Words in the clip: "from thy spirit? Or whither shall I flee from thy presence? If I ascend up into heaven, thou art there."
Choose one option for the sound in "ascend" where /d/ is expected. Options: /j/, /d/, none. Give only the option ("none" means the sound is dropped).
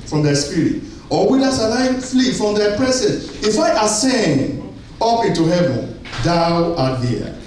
none